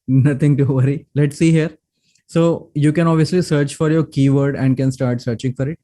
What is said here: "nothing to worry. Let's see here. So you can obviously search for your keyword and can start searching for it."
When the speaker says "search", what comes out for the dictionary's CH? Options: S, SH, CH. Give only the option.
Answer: CH